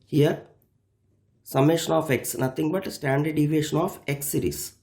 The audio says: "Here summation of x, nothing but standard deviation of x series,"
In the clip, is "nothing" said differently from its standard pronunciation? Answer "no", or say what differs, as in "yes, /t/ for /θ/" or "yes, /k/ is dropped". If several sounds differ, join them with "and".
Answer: yes, /t/ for /θ/